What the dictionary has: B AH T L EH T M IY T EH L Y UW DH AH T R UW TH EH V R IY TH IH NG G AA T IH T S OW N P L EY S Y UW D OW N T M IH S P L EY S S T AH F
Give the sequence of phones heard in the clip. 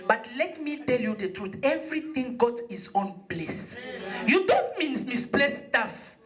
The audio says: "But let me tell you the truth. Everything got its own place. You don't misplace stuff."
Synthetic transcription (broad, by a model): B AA T L EH T M IY T EH L Y UW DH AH T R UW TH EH V R IY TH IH NG G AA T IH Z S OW N B L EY S Y UW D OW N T M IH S B L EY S S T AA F